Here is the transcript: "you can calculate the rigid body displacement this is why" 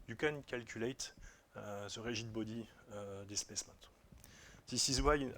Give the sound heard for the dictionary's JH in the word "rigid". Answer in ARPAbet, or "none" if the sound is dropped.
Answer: ZH